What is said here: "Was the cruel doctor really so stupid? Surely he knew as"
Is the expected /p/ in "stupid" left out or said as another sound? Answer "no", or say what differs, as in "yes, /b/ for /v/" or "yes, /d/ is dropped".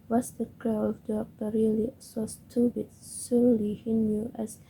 yes, /b/ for /p/